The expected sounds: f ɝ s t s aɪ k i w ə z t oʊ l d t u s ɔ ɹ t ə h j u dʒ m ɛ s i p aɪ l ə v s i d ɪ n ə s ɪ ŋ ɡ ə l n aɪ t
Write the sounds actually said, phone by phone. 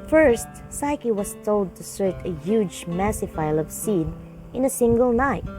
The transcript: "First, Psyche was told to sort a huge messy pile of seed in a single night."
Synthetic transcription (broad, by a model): f ɝ s t s aɪ k i w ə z t oʊ l d t u s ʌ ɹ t ə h j u dʒ m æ s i f aɪ l ə v s i d ɪ n ə s ɪ ŋ ɡ ə l n aɪ t